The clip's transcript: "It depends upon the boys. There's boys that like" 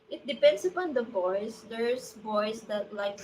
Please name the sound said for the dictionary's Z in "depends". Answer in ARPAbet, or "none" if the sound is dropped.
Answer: S